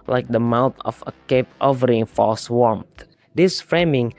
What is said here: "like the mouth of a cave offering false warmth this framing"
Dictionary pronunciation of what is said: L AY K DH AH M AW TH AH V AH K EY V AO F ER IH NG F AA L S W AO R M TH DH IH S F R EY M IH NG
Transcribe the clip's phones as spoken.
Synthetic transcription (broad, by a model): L AY K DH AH M AW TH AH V AH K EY P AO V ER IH NG F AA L S W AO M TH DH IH S F R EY M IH NG